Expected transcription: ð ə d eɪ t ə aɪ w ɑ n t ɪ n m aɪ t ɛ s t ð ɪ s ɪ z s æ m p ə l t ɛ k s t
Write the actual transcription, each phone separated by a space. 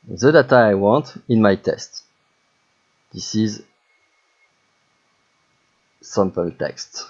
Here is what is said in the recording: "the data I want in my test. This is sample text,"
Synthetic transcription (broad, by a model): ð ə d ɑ t aɪ w ɑ n t ɪ n m aɪ t ɛ s t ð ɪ s ɪ z s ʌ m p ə n t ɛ k s t